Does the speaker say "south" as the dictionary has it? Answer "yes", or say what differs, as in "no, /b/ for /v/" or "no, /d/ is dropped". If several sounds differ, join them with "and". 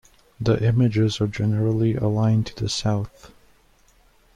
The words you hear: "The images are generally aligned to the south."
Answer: yes